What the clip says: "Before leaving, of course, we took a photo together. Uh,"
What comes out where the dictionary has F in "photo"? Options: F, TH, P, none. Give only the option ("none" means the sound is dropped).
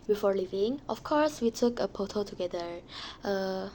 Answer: P